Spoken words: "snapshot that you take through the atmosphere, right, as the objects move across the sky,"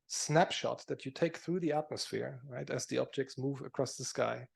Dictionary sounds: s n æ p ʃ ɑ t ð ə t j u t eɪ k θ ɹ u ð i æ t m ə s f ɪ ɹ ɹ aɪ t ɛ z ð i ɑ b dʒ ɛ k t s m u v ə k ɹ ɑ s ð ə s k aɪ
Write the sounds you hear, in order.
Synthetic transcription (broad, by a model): s n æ p ʃ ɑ t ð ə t j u t eɪ k θ ɹ u ð i æ t m ə s f ɪ ɹ ɹ aɪ t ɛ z ð i ɑ b dʒ ɛ k t s m u v ə k ɹ ɑ s ð ə s k aɪ